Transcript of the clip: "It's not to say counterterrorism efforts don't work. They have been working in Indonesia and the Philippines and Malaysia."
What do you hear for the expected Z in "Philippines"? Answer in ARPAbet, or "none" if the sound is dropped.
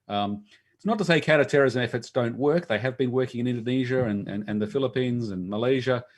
Z